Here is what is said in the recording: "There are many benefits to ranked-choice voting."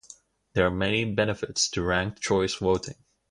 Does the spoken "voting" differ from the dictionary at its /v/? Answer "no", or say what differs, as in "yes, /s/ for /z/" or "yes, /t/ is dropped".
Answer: yes, /w/ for /v/